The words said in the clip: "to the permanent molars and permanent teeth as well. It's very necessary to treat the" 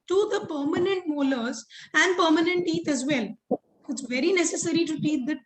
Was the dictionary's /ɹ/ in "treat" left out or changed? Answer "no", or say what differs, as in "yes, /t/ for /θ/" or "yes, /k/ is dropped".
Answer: yes, /ɹ/ is dropped